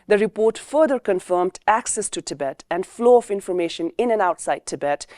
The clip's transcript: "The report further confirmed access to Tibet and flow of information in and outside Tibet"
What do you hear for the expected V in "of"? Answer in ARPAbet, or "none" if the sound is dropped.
F